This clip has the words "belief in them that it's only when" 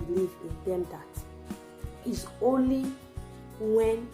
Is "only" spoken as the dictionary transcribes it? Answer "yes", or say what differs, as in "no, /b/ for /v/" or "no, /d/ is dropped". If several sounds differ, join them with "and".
yes